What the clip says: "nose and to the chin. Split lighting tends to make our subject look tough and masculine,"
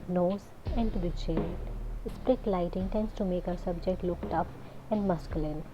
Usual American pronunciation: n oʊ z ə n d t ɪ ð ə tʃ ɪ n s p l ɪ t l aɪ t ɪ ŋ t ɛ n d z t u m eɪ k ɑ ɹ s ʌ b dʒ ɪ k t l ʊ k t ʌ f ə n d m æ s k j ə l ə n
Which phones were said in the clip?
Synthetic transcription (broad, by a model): n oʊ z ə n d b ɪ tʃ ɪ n s p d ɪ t l aɪ t ɪ ŋ t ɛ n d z t u m eɪ k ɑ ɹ s ʌ b dʒ ɪ k t l ʊ k t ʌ p ə n d m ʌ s k j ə l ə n